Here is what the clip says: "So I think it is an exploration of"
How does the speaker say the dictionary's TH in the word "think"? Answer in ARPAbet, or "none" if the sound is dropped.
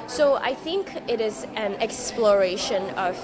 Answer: TH